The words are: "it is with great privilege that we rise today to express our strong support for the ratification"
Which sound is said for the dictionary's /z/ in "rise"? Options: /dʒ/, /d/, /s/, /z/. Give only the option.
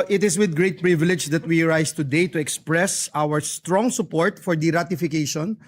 /s/